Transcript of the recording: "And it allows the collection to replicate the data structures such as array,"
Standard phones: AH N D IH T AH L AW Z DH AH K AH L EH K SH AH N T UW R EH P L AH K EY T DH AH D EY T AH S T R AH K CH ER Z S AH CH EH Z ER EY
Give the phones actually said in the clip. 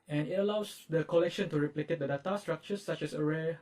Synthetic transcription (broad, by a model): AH N IH T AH L AW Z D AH K AH L EH K SH AH N T UW R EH P L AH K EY T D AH D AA T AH S T R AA K CH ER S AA CH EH S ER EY